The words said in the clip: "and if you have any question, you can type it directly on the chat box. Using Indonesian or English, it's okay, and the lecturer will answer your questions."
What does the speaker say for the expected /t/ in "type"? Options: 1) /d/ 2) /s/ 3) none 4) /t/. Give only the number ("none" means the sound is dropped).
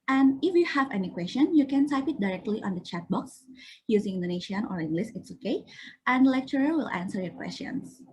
2